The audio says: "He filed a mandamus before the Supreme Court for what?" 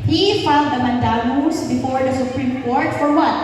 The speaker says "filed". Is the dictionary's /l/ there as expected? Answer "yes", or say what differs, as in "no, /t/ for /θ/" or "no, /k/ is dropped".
no, /n/ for /l/